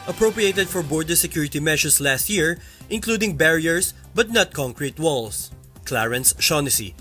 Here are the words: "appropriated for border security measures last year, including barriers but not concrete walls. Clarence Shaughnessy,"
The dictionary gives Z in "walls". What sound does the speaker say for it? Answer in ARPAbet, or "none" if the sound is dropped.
S